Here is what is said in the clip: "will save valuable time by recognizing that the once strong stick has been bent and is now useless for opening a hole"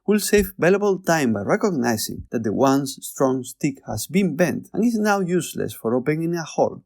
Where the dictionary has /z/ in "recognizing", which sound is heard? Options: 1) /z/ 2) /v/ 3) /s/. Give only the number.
3